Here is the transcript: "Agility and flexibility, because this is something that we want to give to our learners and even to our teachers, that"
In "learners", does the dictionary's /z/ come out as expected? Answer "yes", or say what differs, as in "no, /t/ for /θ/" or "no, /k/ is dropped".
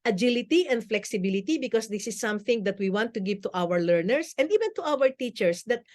no, /s/ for /z/